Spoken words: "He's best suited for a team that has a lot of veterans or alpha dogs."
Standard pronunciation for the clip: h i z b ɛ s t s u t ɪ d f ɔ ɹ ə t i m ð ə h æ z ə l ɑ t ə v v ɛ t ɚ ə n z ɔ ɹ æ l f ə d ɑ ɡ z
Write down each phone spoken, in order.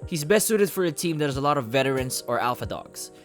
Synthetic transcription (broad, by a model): h i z b ɛ s t s u t ɪ d f ɔ ɹ ə t i m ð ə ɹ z ə l ɑ t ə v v ɛ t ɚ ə n s ɔ ɹ æ l f ə d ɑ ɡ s